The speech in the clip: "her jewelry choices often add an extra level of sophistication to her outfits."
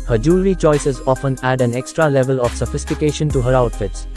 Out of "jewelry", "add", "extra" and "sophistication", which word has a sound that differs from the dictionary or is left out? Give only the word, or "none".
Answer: jewelry